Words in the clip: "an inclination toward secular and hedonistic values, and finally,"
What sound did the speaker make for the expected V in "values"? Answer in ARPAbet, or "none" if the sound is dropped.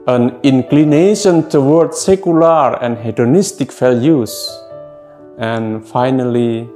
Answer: F